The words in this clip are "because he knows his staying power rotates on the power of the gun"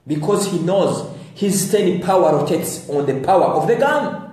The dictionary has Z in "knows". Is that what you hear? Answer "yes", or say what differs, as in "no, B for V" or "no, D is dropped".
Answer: yes